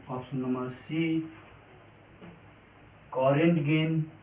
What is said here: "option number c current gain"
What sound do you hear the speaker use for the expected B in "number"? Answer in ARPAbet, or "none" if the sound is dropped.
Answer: none